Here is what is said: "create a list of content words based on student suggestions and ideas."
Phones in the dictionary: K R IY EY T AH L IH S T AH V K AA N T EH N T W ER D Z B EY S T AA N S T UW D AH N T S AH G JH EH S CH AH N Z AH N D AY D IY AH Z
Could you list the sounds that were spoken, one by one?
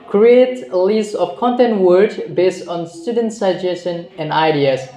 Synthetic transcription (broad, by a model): K R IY EY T L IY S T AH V K AA N T EH N T W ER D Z B EY S T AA N S T UW D AH N T S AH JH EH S SH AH N AH N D AY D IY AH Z